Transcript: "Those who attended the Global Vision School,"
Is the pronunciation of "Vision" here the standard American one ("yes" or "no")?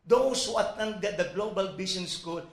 no